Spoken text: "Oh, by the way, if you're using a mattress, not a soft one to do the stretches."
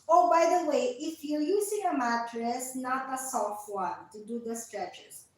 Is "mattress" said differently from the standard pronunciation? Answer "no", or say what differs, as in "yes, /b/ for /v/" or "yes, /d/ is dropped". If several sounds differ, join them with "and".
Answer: no